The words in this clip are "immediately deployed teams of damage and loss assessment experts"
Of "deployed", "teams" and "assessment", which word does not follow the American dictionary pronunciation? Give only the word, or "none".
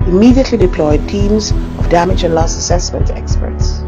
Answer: none